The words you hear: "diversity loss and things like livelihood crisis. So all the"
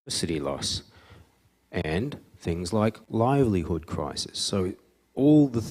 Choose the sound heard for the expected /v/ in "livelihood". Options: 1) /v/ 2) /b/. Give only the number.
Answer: 1